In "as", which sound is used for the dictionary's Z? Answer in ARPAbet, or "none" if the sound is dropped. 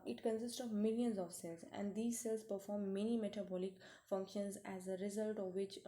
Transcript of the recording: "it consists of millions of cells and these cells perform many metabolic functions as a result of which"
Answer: Z